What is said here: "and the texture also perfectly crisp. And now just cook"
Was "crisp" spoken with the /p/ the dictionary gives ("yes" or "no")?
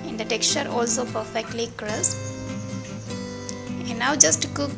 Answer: no